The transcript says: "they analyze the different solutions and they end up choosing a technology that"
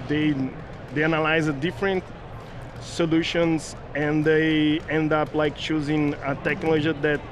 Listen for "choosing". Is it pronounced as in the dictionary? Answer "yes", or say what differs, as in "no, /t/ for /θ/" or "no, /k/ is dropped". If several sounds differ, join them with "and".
yes